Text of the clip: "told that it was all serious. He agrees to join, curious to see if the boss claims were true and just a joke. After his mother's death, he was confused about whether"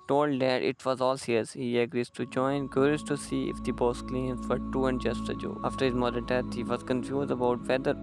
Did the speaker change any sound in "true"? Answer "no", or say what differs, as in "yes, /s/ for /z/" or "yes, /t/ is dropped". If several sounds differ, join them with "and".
yes, /ɹ/ is dropped